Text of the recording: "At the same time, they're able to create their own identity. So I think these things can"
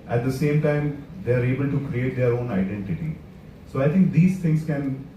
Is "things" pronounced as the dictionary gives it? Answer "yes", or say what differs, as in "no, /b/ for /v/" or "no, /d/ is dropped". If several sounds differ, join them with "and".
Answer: no, /t/ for /θ/